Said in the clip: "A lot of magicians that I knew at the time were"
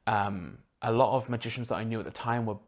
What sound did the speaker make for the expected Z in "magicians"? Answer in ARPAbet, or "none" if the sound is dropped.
Z